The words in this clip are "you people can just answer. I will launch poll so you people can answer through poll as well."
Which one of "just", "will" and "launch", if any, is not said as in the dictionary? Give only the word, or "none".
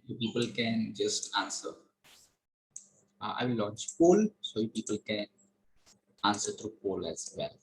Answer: will